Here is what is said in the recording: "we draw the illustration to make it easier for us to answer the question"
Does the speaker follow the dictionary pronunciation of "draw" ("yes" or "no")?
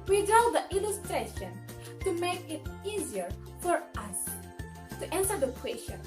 no